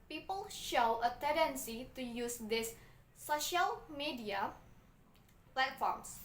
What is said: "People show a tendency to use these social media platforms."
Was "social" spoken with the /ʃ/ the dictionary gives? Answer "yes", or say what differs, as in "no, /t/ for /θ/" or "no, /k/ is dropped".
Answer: yes